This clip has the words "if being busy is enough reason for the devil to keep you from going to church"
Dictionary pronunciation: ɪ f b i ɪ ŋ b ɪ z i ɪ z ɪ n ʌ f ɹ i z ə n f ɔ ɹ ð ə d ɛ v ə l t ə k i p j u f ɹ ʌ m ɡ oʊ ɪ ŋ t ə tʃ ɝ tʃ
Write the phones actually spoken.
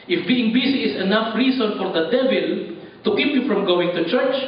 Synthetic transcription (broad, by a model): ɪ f b i ɪ ŋ b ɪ s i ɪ s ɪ n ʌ f ɹ i s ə n f ɔ ɹ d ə d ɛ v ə l t ə k i p j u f ɹ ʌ m ɡ oʊ ɪ ŋ t ə tʃ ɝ tʃ